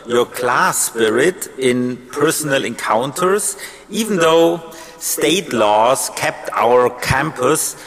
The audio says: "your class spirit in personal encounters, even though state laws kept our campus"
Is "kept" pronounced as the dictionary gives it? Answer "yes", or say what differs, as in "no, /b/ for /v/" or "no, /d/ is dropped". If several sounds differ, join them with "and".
yes